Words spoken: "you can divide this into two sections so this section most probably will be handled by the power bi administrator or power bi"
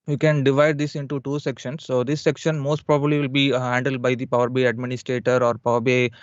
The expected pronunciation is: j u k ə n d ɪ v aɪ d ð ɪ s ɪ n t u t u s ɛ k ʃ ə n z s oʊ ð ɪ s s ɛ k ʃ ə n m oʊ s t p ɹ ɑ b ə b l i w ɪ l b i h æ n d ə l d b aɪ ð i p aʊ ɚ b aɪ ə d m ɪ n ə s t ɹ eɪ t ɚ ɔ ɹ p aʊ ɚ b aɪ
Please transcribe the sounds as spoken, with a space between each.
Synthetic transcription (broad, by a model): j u k ə n d ɪ v aɪ d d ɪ s ɪ n t u t u s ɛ k ʃ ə n s oʊ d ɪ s s ɛ k ʃ ə n m oʊ s t p ɹ ɑ b ə b l i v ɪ l b i h æ n d ə l d b aɪ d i p aʊ ɚ b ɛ ə d m ɪ n ə s t ɹ eɪ t ɚ ɔ ɹ p aʊ ɚ b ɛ